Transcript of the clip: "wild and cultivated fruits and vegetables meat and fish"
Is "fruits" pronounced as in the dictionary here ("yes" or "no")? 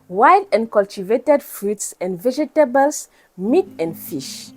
yes